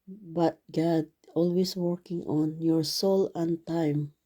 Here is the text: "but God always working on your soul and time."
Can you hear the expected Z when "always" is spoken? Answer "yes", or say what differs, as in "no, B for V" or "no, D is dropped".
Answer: no, S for Z